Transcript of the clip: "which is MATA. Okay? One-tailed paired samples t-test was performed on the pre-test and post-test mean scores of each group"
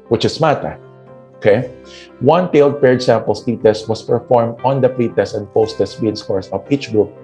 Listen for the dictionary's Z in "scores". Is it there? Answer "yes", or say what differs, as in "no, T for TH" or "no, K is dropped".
no, S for Z